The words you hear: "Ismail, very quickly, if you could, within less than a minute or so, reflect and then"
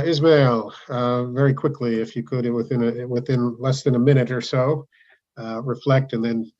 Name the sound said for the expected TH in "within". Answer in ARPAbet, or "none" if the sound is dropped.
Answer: TH